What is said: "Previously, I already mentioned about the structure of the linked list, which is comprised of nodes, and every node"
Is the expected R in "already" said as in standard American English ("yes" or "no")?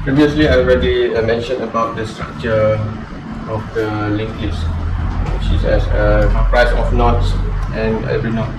yes